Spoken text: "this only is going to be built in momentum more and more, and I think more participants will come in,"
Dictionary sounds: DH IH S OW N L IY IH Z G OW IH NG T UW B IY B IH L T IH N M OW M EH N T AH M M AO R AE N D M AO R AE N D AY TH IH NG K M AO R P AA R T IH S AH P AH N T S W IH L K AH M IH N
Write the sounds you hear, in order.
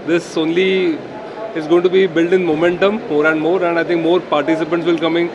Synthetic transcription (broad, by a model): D IH S OW N L IY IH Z G OW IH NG T UW B IY B IH L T IH N M OW M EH N T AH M M AO R AE N D M AO R AE N D AY T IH NG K M AO R P AA R T IH S AH P AH N T S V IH L K AH M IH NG